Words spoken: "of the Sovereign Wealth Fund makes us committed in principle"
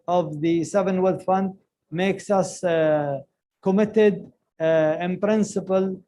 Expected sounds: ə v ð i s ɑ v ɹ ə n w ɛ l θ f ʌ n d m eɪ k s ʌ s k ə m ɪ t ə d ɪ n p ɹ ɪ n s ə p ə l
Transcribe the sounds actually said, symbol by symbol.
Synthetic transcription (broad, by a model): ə v ð i s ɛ v ə n w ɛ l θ f ʌ n d m eɪ k s ʌ s k ə m ɪ t ə d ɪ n p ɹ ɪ n s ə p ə l